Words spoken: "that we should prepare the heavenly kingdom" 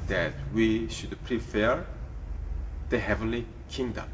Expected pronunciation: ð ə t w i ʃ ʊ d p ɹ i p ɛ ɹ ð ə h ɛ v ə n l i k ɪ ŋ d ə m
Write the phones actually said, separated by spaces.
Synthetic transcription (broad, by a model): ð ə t w i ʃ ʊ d p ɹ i f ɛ ɹ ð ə h ɛ v ə n l i k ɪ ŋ d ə m